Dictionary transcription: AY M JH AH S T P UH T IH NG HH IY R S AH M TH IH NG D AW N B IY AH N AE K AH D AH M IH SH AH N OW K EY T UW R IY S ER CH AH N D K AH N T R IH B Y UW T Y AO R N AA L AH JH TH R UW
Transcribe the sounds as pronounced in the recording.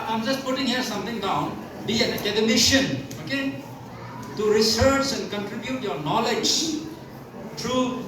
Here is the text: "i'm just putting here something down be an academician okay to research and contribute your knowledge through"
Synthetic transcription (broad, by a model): AY M JH AH S T P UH T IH NG HH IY R S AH M T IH NG D AW N B IY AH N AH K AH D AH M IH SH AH N OW K EY T UW R IY S ER CH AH N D K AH N T R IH B Y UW T Y AO R N AA L AH JH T R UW